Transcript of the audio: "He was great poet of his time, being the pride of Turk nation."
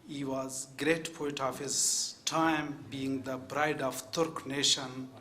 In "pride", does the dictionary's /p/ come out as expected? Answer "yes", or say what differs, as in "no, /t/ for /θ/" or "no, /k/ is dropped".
no, /b/ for /p/